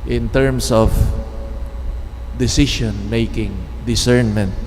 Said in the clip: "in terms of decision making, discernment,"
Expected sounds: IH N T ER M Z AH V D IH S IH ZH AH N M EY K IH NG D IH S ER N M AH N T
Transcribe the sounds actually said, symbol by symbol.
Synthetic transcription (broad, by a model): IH N T ER M S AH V D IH S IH SH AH N M EY K IH NG D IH S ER N M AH N T